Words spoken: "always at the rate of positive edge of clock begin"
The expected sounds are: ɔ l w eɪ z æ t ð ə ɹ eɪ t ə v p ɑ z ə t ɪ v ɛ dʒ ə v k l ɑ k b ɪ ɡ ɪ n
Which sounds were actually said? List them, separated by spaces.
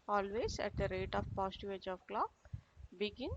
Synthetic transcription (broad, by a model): ɔ l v eɪ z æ t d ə ɹ eɪ t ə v p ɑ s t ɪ ɛ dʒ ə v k l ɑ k b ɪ ɡ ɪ n